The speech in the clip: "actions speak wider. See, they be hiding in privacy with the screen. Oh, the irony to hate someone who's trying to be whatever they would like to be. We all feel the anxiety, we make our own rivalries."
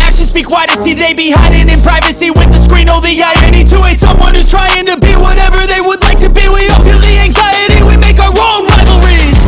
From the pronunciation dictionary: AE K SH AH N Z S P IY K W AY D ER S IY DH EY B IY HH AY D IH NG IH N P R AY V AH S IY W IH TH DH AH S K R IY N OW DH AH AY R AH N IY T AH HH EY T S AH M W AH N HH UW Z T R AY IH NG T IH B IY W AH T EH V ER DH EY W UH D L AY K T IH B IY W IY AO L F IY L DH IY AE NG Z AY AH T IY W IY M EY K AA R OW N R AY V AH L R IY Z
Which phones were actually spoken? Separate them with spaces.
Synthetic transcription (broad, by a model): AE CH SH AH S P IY K W AY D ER S IY DH EY B IY HH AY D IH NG IH N P R AY V AH S IY W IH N DH AH S K R IY N OW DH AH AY AH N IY T AH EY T S AH M W AH N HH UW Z T R AY IH NG T IH B IY W AH T EH V ER DH EY W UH D L AY K T IH B IY W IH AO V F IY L DH IY AE NG Z AY AH T IY W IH M EY K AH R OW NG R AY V L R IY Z